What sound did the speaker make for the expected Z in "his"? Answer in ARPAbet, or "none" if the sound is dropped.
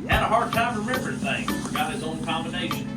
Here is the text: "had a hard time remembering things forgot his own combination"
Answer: Z